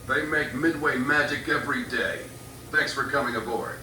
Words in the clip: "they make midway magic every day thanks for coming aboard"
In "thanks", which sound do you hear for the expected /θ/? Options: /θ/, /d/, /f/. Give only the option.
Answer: /θ/